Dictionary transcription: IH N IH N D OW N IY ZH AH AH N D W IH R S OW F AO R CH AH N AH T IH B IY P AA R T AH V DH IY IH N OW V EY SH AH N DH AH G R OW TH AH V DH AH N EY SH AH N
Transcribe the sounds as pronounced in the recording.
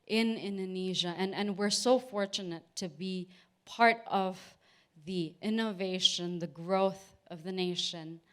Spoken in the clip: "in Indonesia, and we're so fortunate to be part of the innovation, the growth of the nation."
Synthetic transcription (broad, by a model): IH N IH N D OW N IY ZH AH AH N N W IH R S OW F AO R CH AH N AH T IH B IY P AA R T AH V DH IY IH N OW V EY SH AH N DH AH G R OW TH AH V DH AH N EY SH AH N